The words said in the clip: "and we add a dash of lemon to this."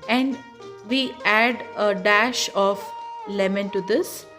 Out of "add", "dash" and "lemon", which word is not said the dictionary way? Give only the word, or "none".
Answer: none